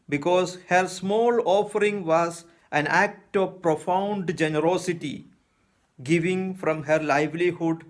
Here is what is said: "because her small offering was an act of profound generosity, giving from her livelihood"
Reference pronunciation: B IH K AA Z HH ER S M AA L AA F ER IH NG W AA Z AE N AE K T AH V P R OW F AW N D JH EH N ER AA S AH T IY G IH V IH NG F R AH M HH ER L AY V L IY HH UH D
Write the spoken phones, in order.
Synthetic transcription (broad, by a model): B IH K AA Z HH ER S M AA L AA F ER IH NG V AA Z AE N AE K T AH V P R OW F AW N D JH EH N ER AA S AH T IY G IH V IH NG F R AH M HH ER L AY V L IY HH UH D